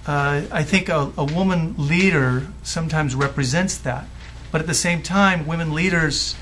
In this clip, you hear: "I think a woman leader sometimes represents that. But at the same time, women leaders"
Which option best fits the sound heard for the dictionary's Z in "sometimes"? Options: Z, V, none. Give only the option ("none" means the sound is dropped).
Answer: Z